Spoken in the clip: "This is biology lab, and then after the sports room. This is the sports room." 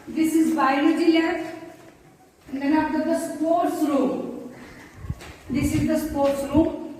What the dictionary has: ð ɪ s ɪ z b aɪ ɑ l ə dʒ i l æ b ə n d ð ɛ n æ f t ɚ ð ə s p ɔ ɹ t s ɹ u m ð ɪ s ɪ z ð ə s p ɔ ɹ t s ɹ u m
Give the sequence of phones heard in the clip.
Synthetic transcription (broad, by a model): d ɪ s ɪ z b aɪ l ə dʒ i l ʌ ə n d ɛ n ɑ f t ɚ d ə s p ɔ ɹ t s ɹ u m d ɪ s ɪ z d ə s p ɔ ɹ t s ɹ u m